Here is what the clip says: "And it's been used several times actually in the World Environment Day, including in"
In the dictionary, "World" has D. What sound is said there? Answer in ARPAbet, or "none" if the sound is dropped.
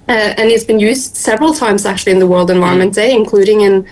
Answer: D